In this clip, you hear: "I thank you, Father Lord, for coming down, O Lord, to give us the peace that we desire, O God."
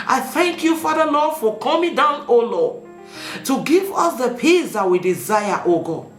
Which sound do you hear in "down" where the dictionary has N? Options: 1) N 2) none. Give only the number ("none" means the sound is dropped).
1